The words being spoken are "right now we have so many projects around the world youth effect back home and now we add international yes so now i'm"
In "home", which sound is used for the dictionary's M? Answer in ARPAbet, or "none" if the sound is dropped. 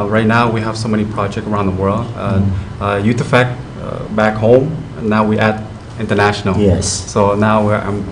none